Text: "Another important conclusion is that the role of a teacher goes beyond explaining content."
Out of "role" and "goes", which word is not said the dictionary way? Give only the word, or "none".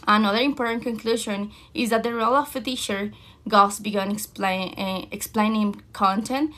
goes